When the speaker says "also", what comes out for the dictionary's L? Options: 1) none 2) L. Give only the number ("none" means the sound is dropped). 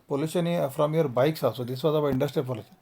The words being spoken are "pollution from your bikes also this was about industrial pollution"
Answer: 1